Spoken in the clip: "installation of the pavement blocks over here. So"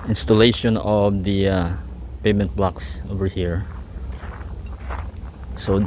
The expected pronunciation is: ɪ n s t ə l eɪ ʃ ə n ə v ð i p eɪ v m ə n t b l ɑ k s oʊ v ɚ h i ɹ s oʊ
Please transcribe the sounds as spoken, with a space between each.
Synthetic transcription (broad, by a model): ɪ n s t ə l eɪ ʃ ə n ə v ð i p eɪ m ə n t b l ɑ k s oʊ v ɚ h i ɹ s oʊ